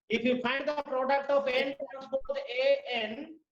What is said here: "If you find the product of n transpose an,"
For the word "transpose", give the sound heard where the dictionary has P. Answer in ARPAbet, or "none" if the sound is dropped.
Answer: B